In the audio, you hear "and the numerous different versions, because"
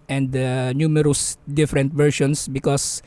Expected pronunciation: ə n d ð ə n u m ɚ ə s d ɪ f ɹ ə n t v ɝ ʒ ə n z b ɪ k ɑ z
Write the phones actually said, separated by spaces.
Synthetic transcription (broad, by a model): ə n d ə n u m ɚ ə s d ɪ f ɹ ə n t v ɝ ʃ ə n s b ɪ k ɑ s